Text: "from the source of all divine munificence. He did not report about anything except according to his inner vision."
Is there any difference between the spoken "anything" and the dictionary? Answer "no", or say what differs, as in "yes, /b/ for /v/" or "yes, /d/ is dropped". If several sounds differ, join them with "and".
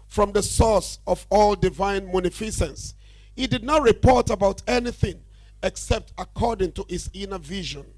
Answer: no